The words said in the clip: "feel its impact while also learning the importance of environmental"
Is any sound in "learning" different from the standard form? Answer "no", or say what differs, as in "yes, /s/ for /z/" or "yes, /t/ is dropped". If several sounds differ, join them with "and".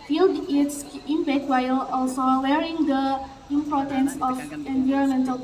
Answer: yes, /w/ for /l/ and /n/ is dropped